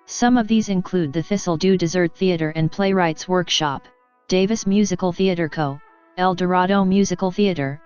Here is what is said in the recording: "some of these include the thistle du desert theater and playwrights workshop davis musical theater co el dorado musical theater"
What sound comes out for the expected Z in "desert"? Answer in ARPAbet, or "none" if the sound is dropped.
Z